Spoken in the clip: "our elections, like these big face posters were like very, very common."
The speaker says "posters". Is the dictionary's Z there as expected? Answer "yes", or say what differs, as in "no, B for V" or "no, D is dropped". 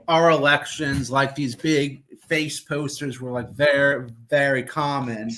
yes